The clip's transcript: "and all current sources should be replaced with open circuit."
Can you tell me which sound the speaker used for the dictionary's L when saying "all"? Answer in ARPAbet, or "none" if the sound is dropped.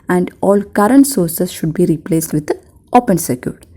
L